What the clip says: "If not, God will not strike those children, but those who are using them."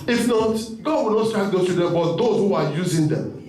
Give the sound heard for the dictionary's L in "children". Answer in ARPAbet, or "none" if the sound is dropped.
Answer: none